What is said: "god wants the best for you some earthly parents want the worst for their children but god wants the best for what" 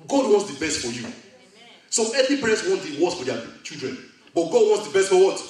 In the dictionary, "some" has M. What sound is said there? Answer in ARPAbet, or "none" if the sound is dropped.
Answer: none